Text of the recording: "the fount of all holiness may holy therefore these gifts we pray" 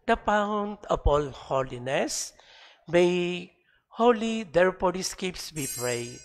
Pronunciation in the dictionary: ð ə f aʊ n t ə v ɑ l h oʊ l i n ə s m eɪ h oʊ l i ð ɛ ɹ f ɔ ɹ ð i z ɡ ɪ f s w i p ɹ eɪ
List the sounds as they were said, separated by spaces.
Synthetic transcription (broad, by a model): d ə p aʊ n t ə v ɑ l h oʊ l i n ə s m eɪ h oʊ l i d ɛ ɹ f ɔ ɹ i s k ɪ p s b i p ɹ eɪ